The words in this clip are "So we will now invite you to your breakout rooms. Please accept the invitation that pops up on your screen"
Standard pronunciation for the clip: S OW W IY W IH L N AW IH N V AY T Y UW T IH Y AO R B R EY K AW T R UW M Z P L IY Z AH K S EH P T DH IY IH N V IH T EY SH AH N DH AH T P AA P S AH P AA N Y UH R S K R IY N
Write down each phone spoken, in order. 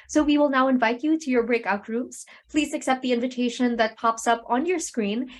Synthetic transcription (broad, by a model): S OW W IY W IH L N AW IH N V AY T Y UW T IH Y AO R B R EY K AW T R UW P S P L IY Z AH K S EH P T DH IY IH N V IH T EY SH AH N DH AH T P AA P S AH P AA N Y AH R S K R IY N